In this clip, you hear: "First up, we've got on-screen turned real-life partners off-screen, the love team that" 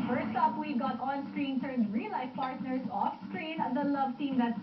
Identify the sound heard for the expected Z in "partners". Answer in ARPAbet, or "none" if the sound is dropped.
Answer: S